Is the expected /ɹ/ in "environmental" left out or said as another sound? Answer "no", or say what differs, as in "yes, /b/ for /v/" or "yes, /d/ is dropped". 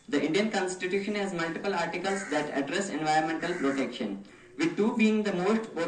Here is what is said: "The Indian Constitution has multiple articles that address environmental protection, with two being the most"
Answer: no